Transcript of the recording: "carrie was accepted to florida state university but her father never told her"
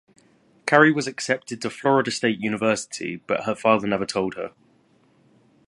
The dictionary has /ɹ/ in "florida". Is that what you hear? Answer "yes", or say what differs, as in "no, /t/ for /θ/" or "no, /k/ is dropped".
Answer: yes